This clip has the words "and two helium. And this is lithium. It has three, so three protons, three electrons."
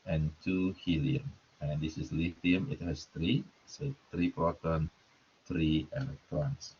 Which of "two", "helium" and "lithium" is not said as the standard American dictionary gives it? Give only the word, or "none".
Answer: lithium